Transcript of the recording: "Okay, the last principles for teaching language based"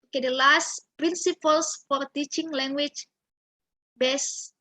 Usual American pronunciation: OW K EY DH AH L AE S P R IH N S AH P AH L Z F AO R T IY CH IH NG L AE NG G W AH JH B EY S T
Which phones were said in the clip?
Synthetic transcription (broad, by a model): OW K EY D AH L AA S P R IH N S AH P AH L S F AO R T IY CH IH NG L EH NG G W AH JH B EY S